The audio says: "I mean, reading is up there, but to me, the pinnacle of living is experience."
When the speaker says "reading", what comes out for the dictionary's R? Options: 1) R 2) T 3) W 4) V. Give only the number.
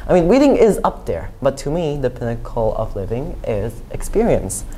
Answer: 3